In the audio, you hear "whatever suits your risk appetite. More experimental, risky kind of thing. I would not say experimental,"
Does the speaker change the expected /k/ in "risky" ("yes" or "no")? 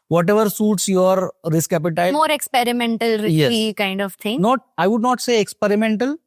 yes